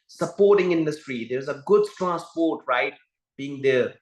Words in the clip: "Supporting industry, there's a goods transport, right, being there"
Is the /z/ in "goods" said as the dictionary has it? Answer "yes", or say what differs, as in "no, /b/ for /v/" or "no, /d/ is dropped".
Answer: no, /z/ is dropped